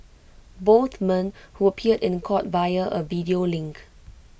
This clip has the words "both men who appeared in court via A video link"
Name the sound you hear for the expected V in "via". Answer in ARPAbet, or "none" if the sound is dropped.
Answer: B